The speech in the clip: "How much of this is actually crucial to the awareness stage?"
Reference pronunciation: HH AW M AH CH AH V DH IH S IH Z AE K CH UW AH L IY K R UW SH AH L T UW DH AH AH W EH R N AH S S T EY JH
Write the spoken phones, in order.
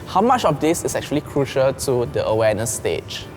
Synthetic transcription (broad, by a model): HH AW M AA CH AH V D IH S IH S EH K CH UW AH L IY K R UW SH AH L T UW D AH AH W EH N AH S S T EY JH